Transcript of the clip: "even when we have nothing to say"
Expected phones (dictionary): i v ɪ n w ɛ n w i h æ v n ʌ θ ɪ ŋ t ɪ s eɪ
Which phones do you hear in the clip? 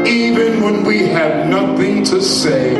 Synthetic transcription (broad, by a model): i v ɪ n w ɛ n w i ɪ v n ʌ θ ɪ ŋ t ɪ s eɪ